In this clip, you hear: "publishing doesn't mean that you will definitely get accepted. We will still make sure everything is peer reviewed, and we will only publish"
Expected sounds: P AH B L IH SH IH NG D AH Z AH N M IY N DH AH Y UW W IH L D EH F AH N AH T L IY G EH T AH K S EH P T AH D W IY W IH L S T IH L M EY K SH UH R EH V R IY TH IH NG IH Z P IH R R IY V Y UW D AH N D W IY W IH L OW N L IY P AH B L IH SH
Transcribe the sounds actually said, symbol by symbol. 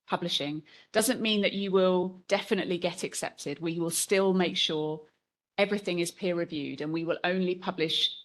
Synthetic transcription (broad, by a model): P AH B L IH SH IH NG D AH Z AH N M IY N DH AH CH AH W IH L D EH F AH N AH T L IY G EH T AH K S EH P T AH D W IY W IH L S T IH L M EY K SH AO R EH V R IY TH IH NG IH Z P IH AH R IY V Y UW D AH N W IY W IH L OW N L IY P AH B L IH SH